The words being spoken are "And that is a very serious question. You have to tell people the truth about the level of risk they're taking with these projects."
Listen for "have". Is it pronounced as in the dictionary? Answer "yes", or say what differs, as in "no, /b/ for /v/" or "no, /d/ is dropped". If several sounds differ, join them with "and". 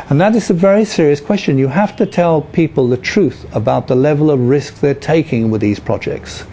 no, /f/ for /v/